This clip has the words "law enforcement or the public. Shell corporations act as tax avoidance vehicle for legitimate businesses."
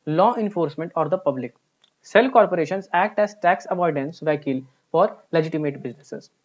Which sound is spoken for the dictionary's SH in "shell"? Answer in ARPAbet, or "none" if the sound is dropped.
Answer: S